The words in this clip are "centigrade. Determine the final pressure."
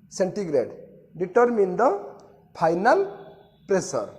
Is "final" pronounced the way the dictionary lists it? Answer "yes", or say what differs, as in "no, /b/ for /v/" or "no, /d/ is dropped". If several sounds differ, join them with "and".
no, /p/ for /f/